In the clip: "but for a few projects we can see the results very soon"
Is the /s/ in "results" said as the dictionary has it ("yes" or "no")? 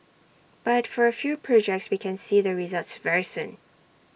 yes